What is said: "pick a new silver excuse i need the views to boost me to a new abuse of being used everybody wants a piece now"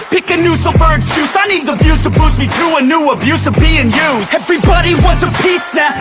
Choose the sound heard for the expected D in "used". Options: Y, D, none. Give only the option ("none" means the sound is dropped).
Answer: none